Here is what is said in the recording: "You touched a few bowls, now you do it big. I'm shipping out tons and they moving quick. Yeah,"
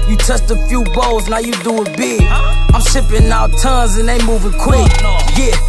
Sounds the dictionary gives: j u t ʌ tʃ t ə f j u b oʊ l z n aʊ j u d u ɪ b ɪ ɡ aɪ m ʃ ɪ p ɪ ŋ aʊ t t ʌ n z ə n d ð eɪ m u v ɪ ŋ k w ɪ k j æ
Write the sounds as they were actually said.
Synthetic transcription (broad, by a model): j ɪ t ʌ s t ə f j u b oʊ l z n aʊ j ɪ d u ɪ b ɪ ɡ aɪ m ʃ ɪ p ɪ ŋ aʊ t t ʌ n z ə n ð eɪ m u v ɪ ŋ k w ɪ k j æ